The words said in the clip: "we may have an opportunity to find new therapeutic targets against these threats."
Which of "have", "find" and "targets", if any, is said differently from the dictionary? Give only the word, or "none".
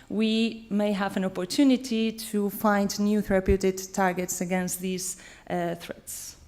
none